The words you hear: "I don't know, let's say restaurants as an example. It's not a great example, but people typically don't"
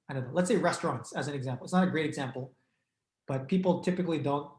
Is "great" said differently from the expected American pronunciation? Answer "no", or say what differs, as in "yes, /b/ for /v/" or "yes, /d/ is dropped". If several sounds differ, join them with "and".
no